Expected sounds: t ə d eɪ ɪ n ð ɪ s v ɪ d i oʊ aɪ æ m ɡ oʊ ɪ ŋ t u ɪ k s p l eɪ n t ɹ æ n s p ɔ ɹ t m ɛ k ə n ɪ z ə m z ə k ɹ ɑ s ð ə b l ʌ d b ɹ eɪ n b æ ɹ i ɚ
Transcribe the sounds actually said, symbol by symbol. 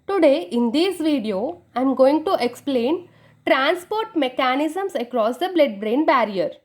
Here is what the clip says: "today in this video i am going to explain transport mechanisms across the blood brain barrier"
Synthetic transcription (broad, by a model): t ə d eɪ ɪ n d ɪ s v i d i oʊ aɪ m ɡ oʊ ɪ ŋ t u ɪ k s p l eɪ n t ɹ æ n s p ɔ ɹ t m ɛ k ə n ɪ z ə m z ə k ɹ ɑ s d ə b l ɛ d b ɹ eɪ n b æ ɹ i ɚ